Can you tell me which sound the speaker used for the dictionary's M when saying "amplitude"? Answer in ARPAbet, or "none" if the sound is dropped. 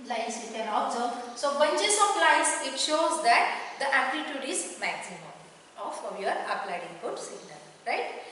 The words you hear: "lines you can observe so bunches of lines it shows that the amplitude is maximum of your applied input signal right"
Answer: none